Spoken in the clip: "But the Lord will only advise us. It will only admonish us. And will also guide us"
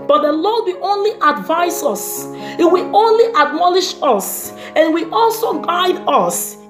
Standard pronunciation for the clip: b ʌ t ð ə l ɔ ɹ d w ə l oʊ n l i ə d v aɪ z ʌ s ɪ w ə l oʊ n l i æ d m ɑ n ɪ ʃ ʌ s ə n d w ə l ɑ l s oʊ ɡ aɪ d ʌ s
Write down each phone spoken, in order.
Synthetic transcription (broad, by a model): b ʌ t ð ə l ɔ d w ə oʊ n l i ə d v aɪ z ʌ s ɪ w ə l oʊ n l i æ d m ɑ l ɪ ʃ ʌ s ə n w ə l ɑ l s oʊ ɡ aɪ d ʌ s